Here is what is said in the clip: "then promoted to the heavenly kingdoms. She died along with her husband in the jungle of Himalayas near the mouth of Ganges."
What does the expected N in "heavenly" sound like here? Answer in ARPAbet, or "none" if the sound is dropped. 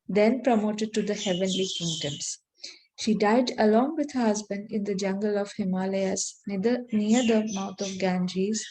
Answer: N